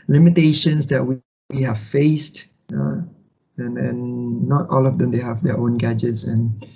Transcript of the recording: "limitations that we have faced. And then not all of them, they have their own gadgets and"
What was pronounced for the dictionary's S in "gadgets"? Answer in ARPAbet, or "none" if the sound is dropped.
S